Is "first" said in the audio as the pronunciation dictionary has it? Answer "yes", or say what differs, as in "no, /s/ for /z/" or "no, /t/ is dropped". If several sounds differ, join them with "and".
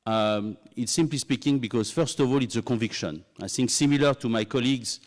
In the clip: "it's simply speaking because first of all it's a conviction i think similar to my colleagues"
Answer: yes